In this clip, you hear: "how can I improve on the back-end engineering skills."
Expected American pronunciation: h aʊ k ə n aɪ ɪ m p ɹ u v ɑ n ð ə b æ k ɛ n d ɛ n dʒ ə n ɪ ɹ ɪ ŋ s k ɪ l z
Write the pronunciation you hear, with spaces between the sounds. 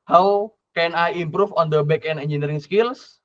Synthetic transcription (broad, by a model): h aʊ k ə n aɪ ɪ m p ɹ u f ɑ n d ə b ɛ k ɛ n ɛ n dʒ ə n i ɹ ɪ ŋ s k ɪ l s